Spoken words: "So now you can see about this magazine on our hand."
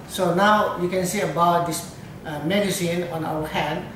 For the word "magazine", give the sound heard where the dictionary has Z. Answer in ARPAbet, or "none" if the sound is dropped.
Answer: S